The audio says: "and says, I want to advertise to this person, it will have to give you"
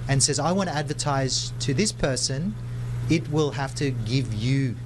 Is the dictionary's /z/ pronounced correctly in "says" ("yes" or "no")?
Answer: yes